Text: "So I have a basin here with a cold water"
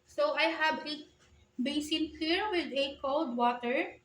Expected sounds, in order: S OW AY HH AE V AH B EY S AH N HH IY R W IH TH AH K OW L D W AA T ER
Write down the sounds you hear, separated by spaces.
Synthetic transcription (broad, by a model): S OW AY HH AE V AH B EY S AH N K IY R W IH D AH K OW L D W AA T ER